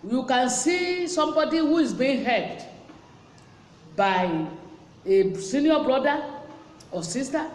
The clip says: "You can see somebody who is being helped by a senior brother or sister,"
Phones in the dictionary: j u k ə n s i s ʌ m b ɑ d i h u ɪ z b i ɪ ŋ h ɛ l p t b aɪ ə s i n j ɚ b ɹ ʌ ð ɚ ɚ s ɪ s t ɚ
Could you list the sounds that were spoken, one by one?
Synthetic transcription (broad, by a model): j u k ə n s i s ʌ m b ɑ d i h u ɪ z b i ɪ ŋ h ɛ p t b aɪ ə s i n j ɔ b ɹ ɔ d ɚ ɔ s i s t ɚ